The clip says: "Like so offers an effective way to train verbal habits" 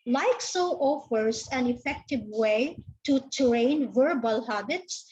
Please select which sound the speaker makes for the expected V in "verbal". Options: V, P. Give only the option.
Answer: V